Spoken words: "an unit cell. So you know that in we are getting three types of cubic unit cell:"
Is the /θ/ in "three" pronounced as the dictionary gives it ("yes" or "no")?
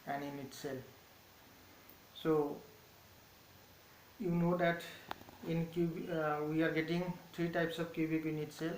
no